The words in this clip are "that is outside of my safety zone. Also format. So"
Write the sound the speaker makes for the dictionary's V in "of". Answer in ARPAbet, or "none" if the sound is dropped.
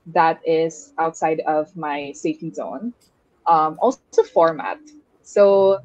V